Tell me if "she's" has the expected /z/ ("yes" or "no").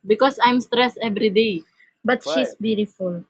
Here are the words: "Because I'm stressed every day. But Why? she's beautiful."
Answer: no